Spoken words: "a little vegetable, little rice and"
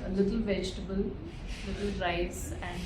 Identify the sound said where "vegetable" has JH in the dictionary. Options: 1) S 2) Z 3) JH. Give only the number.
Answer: 3